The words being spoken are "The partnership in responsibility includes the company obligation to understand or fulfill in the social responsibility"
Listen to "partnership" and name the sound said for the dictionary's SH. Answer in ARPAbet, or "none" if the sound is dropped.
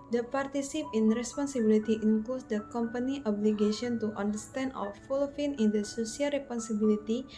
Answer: S